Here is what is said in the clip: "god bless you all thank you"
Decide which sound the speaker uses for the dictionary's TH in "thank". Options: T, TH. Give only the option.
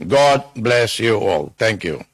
T